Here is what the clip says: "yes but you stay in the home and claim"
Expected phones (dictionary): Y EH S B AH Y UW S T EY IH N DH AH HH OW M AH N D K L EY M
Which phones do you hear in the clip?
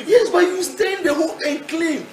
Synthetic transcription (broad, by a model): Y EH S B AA Y UW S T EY IH N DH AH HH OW AH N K L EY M